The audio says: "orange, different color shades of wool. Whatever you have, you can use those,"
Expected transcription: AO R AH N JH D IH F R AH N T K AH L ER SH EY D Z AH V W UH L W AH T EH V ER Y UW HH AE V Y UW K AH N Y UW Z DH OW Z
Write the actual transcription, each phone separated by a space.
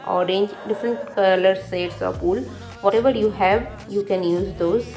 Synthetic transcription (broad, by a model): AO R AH N JH D IH F R AH N T K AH L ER S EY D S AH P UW L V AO T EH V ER Y UW HH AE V Y UW K AH N Y UW Z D OW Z